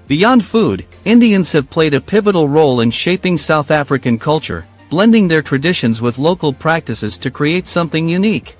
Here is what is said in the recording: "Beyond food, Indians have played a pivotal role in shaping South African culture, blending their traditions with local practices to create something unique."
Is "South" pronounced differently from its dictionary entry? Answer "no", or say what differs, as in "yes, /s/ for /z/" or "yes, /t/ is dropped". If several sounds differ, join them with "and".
no